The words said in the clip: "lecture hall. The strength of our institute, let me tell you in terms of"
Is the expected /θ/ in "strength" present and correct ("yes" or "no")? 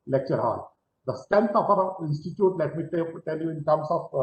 no